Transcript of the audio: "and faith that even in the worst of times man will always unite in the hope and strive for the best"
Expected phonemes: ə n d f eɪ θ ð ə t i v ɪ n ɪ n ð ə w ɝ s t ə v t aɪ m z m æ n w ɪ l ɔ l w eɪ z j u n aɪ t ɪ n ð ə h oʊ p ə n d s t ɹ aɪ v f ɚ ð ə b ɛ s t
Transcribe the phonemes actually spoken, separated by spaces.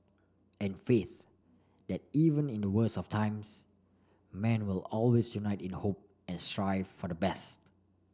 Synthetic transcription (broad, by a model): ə n f eɪ θ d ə t i v ɪ n ɪ n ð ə w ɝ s ə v t aɪ m s m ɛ n w ɪ l ɔ l w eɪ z j u n aɪ t ɪ n h oʊ p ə n s t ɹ aɪ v f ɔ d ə b ɛ s t